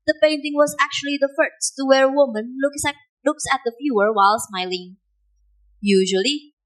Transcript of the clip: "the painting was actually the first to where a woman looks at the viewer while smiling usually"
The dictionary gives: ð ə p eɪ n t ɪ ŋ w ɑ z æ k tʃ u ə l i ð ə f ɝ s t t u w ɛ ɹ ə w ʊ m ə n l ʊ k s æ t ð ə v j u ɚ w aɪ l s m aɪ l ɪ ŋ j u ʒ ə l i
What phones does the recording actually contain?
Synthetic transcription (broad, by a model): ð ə p eɪ n t ɪ ŋ w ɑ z æ k tʃ u ə l i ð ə f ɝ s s t u w ɛ ɹ ə w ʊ m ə n l ʊ k s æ t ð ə f j u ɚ w aɪ l s m aɪ l ɪ ŋ j u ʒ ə l i